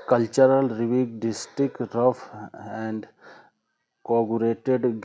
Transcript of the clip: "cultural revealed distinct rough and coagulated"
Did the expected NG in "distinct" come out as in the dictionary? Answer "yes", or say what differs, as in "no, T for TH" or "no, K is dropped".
no, NG is dropped